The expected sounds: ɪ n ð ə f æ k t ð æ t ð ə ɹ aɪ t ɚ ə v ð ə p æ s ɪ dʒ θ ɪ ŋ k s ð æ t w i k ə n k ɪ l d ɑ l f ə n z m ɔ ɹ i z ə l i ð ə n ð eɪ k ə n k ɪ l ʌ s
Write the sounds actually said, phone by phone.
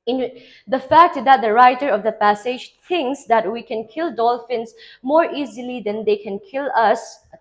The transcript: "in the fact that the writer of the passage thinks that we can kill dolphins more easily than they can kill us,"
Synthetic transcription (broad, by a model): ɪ n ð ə f æ k t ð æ t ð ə ɹ aɪ t ɚ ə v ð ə p æ s ɪ dʒ t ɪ ŋ k s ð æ t w i k ə n k ɪ l d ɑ l f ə n s m ɔ ɹ i z ə l i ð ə n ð eɪ k ə n k ɪ l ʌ s